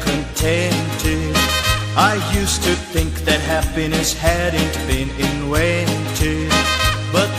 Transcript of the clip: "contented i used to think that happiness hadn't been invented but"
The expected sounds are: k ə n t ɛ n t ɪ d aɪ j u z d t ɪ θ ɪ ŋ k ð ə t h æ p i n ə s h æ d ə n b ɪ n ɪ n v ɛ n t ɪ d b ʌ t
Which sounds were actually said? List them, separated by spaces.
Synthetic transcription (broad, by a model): k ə n t ɛ n t ɪ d aɪ j u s t ɪ θ ɪ ŋ k ð ə t h æ p i n ə s h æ d n b ɪ n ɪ n w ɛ n t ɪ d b ʌ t